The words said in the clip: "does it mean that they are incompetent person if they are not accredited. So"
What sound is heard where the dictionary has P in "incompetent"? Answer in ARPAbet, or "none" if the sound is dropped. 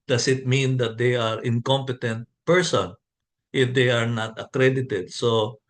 P